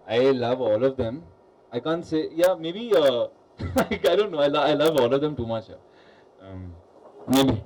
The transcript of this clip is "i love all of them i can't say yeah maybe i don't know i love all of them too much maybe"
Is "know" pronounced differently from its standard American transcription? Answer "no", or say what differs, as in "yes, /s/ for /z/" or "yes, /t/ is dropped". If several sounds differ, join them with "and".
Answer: yes, /l/ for /n/